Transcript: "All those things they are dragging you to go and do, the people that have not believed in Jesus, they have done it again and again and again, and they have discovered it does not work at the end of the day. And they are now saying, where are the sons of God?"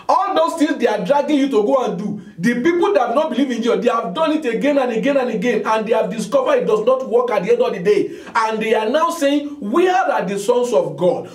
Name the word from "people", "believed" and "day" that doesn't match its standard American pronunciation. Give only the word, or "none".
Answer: believed